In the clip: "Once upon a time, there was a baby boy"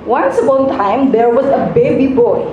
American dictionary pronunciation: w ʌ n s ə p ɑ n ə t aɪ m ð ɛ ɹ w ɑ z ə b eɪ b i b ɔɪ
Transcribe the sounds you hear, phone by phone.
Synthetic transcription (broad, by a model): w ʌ n s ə b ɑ ə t aɪ m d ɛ ɹ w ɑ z ə b eɪ b i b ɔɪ